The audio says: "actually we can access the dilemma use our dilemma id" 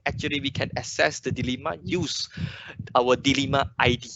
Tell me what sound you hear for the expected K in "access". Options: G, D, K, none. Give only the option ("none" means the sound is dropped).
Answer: none